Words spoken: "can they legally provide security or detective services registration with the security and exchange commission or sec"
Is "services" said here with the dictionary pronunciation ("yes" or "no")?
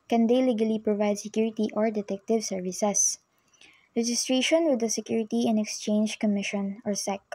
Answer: no